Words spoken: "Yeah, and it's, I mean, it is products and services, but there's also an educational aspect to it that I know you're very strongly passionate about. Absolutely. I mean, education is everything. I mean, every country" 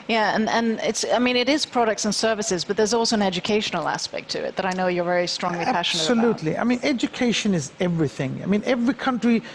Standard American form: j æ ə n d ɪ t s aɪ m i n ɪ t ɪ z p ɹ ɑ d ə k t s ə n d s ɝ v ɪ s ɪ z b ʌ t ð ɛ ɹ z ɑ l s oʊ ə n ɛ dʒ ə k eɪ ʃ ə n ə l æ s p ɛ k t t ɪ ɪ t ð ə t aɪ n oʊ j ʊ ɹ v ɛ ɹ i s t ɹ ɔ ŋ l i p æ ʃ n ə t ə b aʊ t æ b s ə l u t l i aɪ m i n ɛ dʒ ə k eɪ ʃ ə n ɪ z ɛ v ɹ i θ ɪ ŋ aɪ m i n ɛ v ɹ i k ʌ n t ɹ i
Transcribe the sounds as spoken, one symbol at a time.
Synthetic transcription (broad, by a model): j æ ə n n ɪ t s aɪ m i n ɪ t ɪ z p ɹ ɑ d ə k t s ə n s ɝ v ɪ s ɪ z b ʌ t ð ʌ ɹ z ɑ l s oʊ ə n ɛ dʒ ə k eɪ ʃ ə n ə l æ s p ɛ k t t ɪ ɪ t ð ə t aɪ n oʊ j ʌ ɹ v ɛ ɹ i s t ɹ ɔ ŋ l i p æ ʃ n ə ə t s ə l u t l i aɪ m i n ɛ dʒ ə k eɪ ʃ ə n ɪ z ɛ v ɹ i θ ɪ ŋ aɪ m i n ɛ v ɹ i k ʌ n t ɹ i